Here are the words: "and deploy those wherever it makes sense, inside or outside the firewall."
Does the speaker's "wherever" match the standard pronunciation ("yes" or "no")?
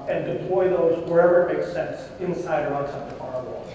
yes